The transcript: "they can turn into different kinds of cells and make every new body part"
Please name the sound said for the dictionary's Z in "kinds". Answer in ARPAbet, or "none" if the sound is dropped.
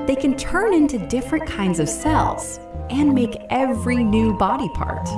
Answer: Z